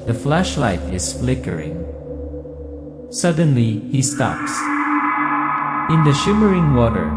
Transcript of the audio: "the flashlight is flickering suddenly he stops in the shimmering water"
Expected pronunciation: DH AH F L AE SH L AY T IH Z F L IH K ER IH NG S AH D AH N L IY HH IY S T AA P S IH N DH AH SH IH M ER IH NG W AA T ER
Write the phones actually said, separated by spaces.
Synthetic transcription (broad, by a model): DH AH F L AE SH L AY T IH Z F L IH K ER IH NG S AH D AH N L IY HH IY S T AA P S IH N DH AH SH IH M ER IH NG W AA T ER